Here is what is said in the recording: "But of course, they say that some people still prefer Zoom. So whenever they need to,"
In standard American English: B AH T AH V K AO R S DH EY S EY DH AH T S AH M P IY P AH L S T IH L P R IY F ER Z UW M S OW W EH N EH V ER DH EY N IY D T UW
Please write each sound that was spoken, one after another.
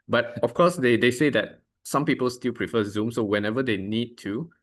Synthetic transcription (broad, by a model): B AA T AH F K AO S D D EY S EY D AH T S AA M P IY P AH L S T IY L P R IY F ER Z UW M S OW W EH N EH V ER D EY N IY D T UW